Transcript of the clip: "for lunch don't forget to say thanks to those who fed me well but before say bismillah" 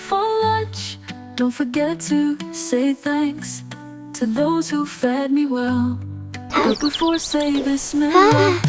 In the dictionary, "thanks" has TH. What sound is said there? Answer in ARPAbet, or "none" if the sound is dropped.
TH